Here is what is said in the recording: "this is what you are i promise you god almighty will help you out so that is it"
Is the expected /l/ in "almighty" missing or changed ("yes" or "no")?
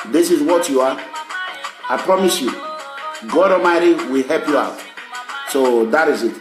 yes